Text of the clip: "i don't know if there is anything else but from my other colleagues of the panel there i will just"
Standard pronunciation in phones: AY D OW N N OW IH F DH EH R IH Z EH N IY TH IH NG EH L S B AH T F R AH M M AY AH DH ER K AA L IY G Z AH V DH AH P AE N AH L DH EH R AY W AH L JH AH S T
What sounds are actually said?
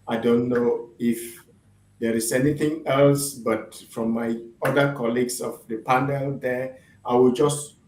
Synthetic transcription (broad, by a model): AY D OW N N OW IH F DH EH R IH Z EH N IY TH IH NG EH L S B AH T F R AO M M AY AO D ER K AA L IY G S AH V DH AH P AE N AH L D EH AY W AH L JH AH S T